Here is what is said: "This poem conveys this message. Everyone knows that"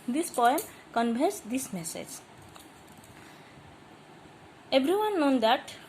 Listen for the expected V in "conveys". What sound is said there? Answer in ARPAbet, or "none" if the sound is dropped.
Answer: B